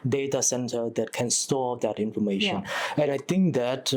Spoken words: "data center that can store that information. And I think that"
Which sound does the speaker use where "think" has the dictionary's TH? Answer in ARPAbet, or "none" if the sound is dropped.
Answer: T